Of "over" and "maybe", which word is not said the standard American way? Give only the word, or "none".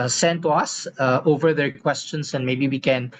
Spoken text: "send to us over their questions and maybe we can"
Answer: none